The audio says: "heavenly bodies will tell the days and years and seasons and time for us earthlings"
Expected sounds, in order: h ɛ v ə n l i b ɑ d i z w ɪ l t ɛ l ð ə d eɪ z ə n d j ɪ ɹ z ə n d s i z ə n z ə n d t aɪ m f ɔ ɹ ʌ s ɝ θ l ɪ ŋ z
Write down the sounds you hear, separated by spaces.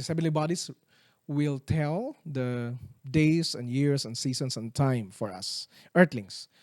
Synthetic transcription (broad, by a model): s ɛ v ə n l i b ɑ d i s w ɪ l t ɛ l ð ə d eɪ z ə n d j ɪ ɹ s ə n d s i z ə n s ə n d t aɪ m f ɔ ɹ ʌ s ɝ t l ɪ ŋ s